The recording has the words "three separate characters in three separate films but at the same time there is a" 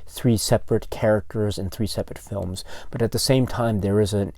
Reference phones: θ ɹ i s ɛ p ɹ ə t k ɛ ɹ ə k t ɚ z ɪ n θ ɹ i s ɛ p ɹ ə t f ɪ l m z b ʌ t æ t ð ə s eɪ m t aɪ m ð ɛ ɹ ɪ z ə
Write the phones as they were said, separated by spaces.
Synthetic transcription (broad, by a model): θ ɹ i s ɛ p ɹ ə t k ɛ ɹ ə k t ɚ z ɪ n θ ɹ i s ɛ p ɹ ə t f ɪ l m z b ʌ t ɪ t ð ə s eɪ m t aɪ m ð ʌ ɹ ɪ z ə